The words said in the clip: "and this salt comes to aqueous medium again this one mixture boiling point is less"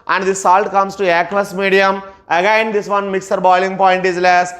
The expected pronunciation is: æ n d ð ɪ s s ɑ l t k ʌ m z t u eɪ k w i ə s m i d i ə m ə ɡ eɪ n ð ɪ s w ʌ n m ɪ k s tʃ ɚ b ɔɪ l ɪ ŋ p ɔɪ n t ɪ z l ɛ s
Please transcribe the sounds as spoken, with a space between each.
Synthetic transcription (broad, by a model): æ n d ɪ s s ɑ l t k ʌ m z t u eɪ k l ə s m i d i ə m ə ɡ eɪ n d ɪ s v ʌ n m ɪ k s ɚ b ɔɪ l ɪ ŋ p ɔɪ n t ɪ z l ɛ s